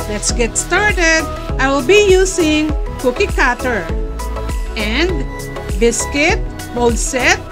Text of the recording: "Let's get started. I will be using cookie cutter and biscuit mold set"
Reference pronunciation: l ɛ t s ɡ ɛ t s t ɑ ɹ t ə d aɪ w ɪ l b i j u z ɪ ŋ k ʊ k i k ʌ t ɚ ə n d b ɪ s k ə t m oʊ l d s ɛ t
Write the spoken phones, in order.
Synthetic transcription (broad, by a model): l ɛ t s ɡ ɛ t s t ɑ ɹ t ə d aɪ w ɪ l b i j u s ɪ ŋ k ʊ k i k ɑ t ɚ ə n d b ɪ s k ə t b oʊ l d s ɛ t